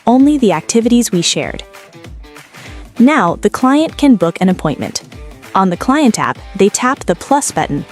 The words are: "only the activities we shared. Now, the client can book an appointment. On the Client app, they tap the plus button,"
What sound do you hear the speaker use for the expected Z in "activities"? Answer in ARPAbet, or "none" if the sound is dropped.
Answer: Z